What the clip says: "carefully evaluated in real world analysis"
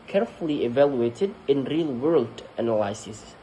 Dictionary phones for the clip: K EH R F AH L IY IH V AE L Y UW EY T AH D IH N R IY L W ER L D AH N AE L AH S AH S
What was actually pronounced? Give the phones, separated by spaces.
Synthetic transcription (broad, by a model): K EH R F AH L IY IH V AE L Y UW EY T AH D IH N R IY L W ER L D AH N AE L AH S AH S